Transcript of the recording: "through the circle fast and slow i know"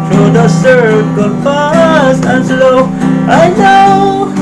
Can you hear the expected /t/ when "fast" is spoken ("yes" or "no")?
no